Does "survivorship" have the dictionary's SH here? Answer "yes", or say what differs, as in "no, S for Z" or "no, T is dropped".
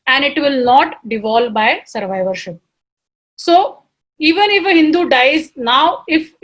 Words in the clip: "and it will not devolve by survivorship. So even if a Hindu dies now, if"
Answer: yes